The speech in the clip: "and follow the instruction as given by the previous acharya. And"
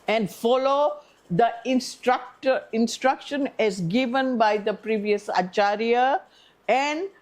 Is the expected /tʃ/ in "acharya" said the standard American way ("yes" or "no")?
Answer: yes